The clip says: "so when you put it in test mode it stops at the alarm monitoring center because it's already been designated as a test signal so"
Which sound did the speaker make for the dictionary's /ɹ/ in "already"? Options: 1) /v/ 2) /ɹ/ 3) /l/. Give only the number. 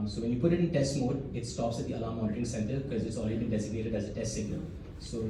3